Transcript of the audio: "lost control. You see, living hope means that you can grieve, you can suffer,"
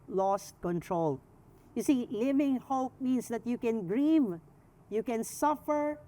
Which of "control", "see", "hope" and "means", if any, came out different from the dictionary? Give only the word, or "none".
means